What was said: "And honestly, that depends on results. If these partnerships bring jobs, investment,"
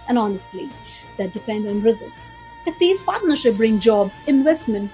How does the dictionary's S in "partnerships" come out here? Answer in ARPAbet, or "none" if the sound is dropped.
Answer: none